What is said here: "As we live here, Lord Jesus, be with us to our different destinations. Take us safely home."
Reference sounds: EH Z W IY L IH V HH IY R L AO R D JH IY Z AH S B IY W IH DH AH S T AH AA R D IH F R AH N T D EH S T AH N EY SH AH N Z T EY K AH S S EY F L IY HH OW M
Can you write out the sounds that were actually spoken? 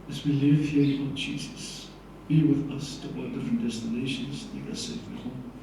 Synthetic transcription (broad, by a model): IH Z W IY L IH V HH IY R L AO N JH IY Z AH S B IY W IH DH AH S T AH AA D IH F R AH N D EH S T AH N EY SH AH N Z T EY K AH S S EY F IY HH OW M